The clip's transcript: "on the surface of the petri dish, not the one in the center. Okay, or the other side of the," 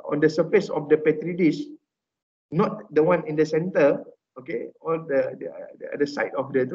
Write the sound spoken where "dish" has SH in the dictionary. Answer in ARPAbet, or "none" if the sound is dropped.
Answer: S